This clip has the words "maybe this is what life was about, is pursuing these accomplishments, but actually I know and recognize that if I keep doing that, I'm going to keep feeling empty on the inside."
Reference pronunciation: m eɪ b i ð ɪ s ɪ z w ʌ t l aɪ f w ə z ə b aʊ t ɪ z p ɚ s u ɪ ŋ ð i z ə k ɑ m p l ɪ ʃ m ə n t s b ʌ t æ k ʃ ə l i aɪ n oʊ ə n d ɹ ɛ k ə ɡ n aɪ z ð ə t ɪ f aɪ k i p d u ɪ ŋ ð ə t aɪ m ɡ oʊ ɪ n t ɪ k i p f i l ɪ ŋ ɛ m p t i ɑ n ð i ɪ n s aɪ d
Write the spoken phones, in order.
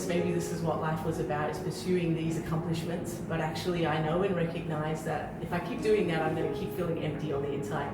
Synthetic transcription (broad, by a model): m eɪ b i ð ɪ s ɪ z w ʌ t l aɪ f w ə z ə b aʊ t ɪ z p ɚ s u ɪ ŋ ð i z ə k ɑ m p l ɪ ʃ m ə n t s b ʌ t æ k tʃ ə l i aɪ n oʊ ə n ɹ ɛ k ə ɡ n aɪ z ð ə t ɪ f aɪ k i p d u ɪ ŋ ð ə t aɪ m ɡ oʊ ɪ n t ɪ k i p f i l ɪ ŋ ɛ m p t i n ð i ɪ n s aɪ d